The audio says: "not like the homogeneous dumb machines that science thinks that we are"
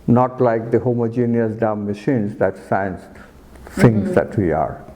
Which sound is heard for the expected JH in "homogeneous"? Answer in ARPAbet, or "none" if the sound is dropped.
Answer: JH